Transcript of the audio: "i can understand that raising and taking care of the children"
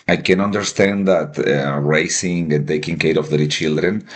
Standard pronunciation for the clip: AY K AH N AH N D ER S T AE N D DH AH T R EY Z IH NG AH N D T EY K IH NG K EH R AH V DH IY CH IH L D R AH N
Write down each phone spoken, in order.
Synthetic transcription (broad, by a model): AY K AH N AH N D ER S T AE N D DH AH T R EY S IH NG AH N T EY K IH NG K EH R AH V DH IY CH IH L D R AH N